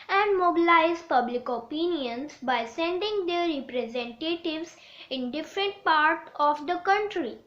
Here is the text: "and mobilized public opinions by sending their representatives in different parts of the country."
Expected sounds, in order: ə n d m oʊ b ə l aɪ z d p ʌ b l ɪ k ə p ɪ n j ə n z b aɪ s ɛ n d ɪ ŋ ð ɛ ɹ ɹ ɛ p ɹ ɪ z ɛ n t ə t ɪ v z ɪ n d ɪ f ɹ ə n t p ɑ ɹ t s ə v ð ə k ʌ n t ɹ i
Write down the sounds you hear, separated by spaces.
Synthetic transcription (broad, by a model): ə n d m oʊ b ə l aɪ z p ʌ b l ɪ k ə p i n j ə n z b aɪ s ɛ n d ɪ ŋ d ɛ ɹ ɹ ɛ p ɹ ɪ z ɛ n t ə t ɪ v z ɪ n d ɪ f ɹ ə n t p ɑ ɹ t ə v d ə k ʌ n t ɹ i